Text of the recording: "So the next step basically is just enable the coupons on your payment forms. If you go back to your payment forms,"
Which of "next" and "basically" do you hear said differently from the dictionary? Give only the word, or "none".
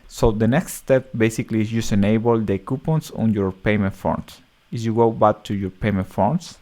none